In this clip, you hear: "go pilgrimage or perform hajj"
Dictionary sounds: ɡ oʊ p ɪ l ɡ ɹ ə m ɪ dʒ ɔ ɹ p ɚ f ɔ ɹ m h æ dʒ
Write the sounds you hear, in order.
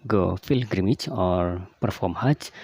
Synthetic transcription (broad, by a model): ɡ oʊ f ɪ l ɡ ɹ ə m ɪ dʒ ɔ ɹ p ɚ f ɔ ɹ m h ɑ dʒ